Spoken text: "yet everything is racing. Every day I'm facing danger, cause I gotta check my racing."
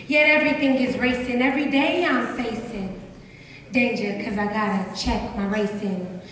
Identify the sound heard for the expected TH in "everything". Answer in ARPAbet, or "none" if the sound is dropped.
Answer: TH